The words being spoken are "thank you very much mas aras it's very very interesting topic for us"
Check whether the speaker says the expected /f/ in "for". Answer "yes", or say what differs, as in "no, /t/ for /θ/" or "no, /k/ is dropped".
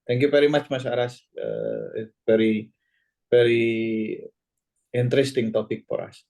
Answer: no, /p/ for /f/